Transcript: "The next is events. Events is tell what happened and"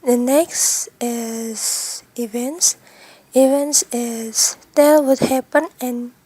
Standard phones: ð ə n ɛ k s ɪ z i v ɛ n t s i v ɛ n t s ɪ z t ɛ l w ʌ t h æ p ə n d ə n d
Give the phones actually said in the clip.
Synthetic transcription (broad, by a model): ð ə n ɛ k s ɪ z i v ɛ n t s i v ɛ n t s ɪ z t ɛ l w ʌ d h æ p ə n ə n